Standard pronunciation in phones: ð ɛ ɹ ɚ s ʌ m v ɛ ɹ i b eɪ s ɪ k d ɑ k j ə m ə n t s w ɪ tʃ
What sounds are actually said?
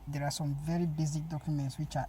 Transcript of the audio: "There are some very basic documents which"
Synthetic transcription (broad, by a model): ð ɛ ɹ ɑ s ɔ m v ɛ ɹ i b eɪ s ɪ k d ɑ k j ə m ə n t s w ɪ tʃ